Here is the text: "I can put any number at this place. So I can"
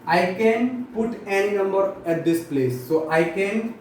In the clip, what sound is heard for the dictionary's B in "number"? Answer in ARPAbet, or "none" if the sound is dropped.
B